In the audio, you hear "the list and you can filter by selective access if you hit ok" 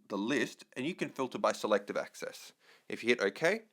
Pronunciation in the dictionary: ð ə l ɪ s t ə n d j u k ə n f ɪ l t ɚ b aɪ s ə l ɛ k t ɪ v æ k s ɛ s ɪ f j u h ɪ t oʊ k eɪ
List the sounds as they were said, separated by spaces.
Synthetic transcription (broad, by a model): ð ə l ɪ s t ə n j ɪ k ə n f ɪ l t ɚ b aɪ s ə l ɛ k t ɪ v æ k s ɛ s ɪ f j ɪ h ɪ t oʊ k eɪ